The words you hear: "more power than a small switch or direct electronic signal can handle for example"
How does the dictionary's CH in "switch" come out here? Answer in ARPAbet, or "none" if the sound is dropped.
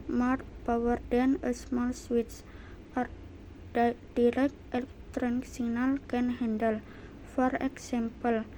S